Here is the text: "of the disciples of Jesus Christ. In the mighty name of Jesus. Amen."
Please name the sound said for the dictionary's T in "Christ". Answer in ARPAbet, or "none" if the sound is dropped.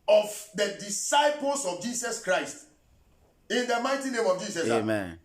T